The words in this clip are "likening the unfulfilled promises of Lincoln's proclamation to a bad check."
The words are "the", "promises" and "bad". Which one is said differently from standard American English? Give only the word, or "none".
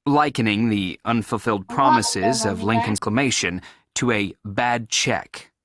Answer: none